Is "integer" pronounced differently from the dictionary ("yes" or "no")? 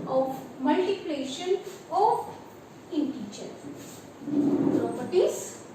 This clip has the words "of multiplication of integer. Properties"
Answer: yes